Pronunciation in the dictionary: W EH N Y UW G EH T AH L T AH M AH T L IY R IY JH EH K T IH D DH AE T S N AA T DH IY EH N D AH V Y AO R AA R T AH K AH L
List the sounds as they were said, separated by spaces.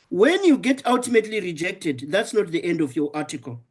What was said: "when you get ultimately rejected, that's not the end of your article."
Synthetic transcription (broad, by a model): W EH N Y UW G EH T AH L T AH M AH T L IY R IY JH EH K T IH D DH AE T S N AA T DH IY EH N D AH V Y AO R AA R T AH K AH L